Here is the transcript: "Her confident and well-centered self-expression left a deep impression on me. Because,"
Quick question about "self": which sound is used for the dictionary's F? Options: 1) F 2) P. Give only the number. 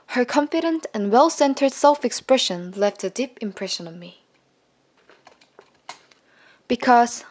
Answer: 1